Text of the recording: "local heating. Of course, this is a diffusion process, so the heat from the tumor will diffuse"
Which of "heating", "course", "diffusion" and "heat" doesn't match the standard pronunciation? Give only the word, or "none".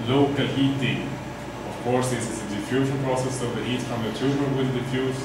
diffusion